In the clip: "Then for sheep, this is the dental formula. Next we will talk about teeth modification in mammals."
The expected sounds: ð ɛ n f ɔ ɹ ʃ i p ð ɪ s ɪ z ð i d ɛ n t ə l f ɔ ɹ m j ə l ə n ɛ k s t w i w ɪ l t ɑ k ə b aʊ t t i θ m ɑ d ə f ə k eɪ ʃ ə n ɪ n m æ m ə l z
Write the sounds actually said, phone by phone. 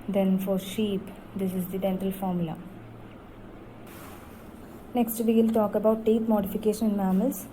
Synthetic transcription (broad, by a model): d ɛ n f ɔ ɹ ʃ i p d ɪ s ɪ z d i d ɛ n t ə l f ɔ ɹ m j ə l ə n ɛ k s t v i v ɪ l t ɑ k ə b aʊ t t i t m ɑ d ə f ə k eɪ ʃ ə n ɪ n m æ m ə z